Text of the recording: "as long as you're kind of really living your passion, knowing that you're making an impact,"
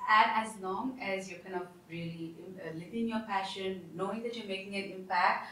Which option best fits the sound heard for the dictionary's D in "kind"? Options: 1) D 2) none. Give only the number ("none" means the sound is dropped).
2